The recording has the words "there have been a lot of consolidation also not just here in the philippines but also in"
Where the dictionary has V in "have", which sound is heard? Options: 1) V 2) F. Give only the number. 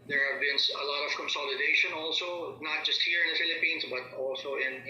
1